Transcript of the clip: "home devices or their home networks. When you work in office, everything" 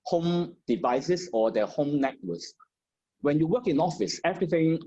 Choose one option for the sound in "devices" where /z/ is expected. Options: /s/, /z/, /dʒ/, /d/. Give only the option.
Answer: /s/